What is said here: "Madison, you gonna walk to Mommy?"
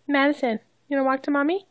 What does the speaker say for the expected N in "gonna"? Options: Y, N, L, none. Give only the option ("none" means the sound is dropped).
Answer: none